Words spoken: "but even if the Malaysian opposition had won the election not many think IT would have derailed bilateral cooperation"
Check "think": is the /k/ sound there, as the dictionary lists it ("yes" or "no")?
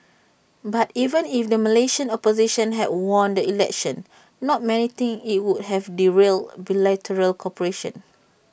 no